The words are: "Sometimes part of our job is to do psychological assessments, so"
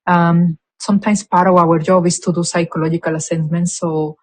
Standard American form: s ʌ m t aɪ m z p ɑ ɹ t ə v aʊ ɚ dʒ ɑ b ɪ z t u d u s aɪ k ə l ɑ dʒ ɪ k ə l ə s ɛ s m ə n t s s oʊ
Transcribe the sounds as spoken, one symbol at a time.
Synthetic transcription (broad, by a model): s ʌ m t aɪ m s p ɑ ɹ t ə w aʊ ɚ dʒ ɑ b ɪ s t u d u s aɪ k ə l ɑ dʒ ɪ k ə l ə s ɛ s m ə n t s s oʊ